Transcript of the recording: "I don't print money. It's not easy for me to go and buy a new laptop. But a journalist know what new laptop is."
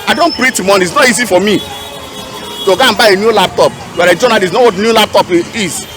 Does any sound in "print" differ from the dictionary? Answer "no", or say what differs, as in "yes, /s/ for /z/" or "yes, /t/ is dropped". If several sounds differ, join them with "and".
yes, /n/ is dropped